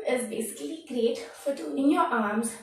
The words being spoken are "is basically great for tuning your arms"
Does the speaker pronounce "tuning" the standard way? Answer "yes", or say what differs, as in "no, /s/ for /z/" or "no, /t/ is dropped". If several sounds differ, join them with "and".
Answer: no, /n/ is dropped